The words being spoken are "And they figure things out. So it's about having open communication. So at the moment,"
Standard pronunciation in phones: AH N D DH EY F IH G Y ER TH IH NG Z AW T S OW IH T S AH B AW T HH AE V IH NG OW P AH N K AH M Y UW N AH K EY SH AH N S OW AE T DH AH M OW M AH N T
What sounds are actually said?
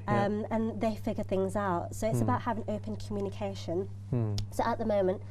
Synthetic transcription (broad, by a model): AH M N DH EY F IH G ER TH IH NG Z AW T S OW IH T S AH B AW T HH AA V IH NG OW P AH N K AH M Y UW N AH K EY SH AH N S OW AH T DH AH M OW M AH N T